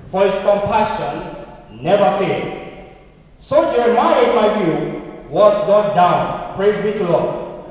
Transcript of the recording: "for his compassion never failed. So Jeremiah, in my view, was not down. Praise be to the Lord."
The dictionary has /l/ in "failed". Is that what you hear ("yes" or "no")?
no